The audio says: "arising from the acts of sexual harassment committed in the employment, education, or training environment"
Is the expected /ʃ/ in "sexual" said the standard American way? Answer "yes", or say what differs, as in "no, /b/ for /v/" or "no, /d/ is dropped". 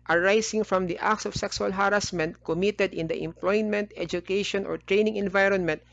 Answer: no, /s/ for /ʃ/